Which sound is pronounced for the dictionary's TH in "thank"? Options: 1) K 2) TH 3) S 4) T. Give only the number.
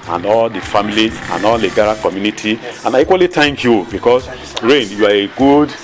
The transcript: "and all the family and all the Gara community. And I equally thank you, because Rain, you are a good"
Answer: 4